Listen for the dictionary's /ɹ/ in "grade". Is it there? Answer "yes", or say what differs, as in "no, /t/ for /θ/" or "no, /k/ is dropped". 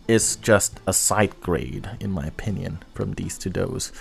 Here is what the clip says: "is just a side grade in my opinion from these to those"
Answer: yes